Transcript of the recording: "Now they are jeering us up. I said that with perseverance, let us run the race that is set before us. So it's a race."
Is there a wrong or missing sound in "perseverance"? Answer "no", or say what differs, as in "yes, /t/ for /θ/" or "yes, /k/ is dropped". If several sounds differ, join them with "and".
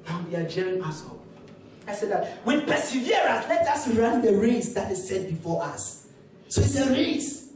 yes, /n/ is dropped